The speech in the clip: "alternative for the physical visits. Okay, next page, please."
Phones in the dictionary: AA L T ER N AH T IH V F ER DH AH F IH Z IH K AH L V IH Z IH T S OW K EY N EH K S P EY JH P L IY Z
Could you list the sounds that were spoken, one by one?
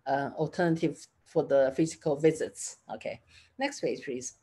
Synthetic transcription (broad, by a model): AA L T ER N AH T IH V F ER DH AH F IH Z IH K AH L V IH Z IH T S OW K EY N EH K S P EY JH P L IY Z